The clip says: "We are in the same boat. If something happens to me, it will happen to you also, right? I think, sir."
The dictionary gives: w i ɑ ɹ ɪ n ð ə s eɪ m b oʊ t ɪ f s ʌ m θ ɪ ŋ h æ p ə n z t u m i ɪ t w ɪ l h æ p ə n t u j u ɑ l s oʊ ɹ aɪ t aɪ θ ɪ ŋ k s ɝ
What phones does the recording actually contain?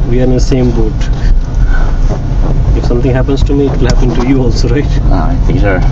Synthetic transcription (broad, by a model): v i ɑ ɹ ɪ n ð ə s eɪ m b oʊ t ɪ f s ʌ m t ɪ ŋ h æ p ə n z t u m i ɪ t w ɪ l h æ p ə n t u j u ɑ l s oʊ ɹ aɪ t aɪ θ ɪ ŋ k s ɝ